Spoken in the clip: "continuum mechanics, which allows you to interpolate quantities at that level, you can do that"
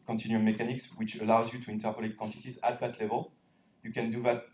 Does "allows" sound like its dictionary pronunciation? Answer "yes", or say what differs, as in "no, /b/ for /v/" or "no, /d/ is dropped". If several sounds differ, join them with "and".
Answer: yes